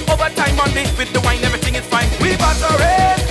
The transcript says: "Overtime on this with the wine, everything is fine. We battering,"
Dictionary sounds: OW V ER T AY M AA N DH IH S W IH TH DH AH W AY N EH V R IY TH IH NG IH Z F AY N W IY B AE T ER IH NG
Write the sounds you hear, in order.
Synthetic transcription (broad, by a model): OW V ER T AY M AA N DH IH W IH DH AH W AY N EH V R IY TH IH NG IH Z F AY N W IY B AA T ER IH